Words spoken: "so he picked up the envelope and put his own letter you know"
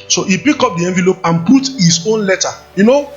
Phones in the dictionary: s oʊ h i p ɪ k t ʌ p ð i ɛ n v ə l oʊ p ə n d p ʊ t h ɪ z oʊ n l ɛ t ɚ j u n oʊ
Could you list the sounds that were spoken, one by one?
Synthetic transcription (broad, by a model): s oʊ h i p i k ɔ p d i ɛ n v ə l oʊ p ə n p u t h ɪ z oʊ n l ɛ t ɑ j u n oʊ